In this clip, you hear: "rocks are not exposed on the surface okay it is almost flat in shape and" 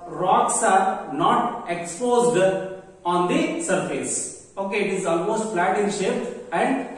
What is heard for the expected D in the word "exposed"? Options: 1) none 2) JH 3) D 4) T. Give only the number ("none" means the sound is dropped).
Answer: 3